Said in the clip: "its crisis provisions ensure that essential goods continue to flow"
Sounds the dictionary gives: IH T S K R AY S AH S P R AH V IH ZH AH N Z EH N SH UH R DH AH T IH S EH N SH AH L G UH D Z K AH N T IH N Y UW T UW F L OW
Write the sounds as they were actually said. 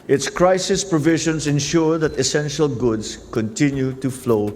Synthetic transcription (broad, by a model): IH T S K R AY S AH S P R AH V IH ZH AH N S EH N SH UH R DH AH T IH S EH N SH AH L G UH D S K AH N T IH N Y UW T UW F L OW